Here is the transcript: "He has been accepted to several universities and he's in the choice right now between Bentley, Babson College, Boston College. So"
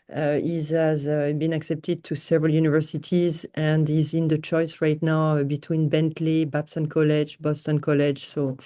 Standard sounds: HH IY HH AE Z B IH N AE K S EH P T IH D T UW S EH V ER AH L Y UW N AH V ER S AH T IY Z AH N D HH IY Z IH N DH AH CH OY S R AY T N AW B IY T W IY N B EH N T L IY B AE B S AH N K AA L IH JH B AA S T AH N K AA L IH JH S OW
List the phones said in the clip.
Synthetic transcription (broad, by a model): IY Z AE Z B IH N AE K S EH P T IH D T UW S EH V ER AH L Y UW N AH V ER S AH T IY Z AH N D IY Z IH N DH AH CH OY S R AY T N AW B IY T W IY N B EH N T L IY B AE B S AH N K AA L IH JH B AA S T AH N K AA L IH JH S OW